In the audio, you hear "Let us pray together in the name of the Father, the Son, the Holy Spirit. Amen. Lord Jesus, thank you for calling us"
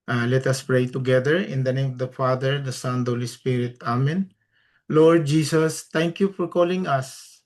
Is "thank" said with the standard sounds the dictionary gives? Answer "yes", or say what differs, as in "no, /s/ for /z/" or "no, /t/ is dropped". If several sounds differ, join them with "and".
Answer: no, /t/ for /θ/